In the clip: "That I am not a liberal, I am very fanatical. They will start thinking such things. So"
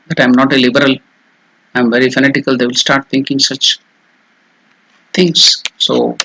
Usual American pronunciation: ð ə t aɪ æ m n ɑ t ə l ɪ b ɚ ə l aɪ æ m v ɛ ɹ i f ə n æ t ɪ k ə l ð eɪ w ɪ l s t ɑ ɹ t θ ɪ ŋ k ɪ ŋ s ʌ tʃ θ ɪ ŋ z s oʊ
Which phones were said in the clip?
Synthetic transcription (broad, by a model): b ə t aɪ m n ɑ t ə l ɪ b ɚ ə l aɪ m v ɛ ɹ i f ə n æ t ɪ k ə l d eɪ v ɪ l s t ɑ ɹ t t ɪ ŋ k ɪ ŋ s ʌ tʃ t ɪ ŋ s s oʊ